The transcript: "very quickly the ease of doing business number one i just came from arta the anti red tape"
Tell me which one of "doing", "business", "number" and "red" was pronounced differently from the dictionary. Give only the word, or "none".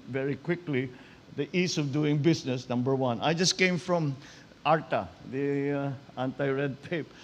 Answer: business